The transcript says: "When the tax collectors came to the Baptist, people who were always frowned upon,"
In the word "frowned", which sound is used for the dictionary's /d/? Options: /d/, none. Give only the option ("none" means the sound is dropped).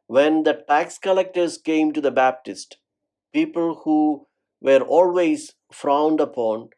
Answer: /d/